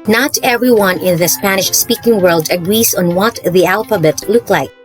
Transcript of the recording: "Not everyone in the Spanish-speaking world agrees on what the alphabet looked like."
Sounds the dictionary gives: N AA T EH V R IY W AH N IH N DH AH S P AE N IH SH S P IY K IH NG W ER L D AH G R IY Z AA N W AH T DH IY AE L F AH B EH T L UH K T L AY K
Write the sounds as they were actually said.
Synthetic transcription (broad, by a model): N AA T EH V R IY W AH N IH N DH AH S P AE N IH SH S P IY K IH NG W ER L D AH G R IY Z AA N W AH T DH IY AE L F AH B EH T L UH K L AY K